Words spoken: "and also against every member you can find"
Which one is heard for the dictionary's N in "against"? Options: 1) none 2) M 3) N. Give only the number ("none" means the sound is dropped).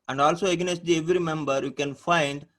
1